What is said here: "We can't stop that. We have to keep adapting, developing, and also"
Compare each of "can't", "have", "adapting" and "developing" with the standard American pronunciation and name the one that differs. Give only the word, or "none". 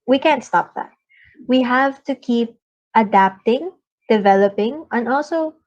none